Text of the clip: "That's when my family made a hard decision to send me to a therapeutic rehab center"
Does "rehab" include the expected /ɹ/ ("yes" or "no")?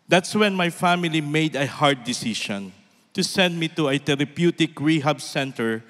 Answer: yes